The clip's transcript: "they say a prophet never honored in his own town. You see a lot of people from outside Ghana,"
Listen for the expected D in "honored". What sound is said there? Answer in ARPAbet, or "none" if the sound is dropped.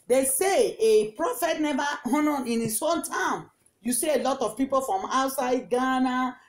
none